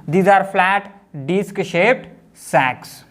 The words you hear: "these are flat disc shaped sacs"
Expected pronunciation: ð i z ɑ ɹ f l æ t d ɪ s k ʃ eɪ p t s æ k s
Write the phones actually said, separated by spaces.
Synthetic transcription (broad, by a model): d i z ɑ ɹ f l æ t d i s k ʃ eɪ p t s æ k s